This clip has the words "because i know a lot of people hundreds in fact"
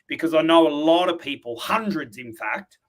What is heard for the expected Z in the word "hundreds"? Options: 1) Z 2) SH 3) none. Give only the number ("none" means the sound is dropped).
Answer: 1